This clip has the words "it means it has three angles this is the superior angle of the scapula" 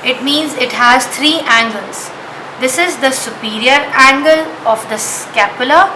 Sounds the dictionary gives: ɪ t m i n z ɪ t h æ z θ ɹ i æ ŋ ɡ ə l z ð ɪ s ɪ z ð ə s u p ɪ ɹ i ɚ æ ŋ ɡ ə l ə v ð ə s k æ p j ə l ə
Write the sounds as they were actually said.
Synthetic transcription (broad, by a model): ɪ t m i n z ɪ t h æ z t ɹ i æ ŋ ɡ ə l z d ɪ s ɪ z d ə s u p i ɹ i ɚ æ ŋ ɡ ə l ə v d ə s k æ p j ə l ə